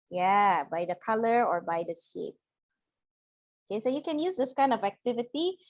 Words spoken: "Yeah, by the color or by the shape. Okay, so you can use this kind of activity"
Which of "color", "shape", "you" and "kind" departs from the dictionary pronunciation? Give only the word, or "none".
none